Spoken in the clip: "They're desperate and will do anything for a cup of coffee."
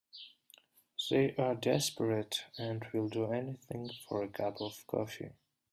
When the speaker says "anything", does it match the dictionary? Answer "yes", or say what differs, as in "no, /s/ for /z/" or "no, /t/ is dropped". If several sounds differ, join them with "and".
yes